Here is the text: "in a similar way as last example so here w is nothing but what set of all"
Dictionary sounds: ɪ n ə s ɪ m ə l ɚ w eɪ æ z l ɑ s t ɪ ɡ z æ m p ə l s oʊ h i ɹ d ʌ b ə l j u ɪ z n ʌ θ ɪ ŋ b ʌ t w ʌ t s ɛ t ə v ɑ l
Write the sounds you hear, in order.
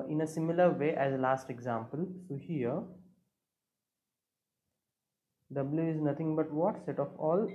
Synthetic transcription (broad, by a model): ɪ n ə s ɪ m ə l ɚ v eɪ æ z l ɑ s t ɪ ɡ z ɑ m p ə l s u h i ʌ d ʌ b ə l j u ɪ z n ʌ t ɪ ŋ b ʌ t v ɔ t s ɛ t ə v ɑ l